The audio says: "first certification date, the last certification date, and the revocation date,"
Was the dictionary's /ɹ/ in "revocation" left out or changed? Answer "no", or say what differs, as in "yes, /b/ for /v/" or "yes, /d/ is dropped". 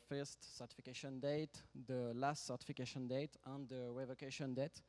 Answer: yes, /w/ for /ɹ/